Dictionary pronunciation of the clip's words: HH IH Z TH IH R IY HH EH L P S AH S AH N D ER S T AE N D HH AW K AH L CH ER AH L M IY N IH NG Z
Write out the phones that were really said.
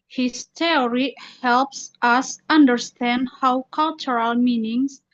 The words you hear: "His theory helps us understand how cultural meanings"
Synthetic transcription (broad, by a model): HH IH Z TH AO R IY HH EH L P S AH S AH N D ER S T AE N D HH AW K AH L CH ER AH L M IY N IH NG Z